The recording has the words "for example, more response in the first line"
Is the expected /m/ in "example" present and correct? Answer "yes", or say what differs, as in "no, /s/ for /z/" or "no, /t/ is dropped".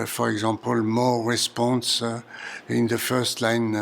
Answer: no, /m/ is dropped